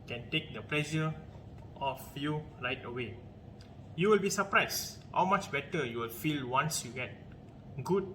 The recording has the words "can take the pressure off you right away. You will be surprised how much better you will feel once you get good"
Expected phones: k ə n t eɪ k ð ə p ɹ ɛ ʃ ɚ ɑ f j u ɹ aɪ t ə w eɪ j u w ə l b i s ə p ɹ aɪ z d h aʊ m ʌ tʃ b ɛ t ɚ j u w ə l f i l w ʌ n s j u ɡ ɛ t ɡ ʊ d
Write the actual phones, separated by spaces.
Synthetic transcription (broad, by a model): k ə n t eɪ k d ə p l ɛ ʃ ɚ ɑ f j u ɹ aɪ t ə w eɪ j u w ə l b i s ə p ɹ aɪ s h aʊ m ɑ tʃ b ɛ t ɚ j u w ə l f i l w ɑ n s j u ɡ ɛ t ɡ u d